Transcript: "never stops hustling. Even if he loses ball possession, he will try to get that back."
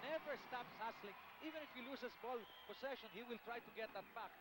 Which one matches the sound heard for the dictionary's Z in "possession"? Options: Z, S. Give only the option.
S